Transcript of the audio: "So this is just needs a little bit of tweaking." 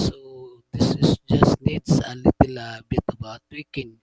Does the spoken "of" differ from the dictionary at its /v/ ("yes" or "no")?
yes